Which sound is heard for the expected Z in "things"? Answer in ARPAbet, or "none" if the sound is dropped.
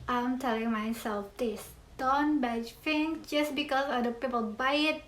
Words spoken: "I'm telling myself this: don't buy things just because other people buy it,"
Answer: none